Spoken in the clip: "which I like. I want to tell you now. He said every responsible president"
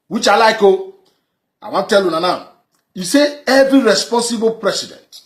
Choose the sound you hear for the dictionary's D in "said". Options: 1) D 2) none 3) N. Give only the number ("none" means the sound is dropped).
2